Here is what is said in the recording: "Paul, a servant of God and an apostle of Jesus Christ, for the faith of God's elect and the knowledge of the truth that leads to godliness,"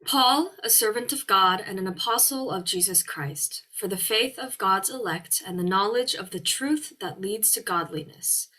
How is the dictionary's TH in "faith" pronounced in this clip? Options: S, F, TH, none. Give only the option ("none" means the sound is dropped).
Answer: TH